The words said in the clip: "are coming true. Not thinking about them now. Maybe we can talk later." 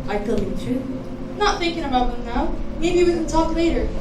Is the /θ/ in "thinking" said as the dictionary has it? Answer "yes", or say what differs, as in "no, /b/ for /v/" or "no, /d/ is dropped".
yes